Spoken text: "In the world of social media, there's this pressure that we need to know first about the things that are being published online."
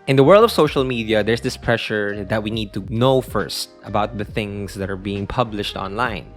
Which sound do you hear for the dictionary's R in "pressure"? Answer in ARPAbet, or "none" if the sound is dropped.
R